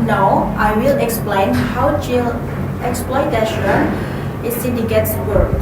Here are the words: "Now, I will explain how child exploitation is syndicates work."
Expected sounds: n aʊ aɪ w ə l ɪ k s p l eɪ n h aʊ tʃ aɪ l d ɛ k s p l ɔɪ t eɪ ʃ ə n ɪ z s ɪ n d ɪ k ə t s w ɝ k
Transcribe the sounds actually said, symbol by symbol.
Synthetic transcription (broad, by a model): n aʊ aɪ w ə l ɪ k s p l eɪ n h aʊ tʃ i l ɛ k s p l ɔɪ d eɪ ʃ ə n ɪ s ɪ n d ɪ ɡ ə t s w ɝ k